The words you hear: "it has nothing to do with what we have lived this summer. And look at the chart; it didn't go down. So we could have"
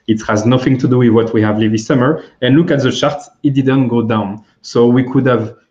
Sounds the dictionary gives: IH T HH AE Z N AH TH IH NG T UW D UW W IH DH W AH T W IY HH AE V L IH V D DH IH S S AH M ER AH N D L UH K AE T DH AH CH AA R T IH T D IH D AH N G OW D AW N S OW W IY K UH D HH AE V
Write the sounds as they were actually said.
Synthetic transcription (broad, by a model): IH T HH AE Z N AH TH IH NG T UW D UW W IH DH W AH T W IY HH AE V L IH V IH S S AH M ER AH N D L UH K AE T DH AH CH AA R T IH T D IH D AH N G OW D AW N S OW W IY K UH D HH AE V